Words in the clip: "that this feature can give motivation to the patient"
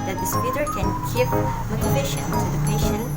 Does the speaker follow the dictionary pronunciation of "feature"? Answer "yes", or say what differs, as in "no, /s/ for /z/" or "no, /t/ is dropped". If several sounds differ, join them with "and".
no, /p/ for /f/